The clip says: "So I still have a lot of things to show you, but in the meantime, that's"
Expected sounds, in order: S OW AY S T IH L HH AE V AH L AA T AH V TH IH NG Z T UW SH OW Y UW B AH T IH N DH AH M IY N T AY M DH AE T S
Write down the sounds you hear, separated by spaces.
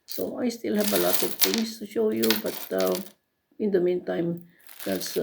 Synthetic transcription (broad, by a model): S OW AY S T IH L HH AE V AH L AA T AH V T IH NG S T UW SH OW Y UW B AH T IH N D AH M IY N T AY M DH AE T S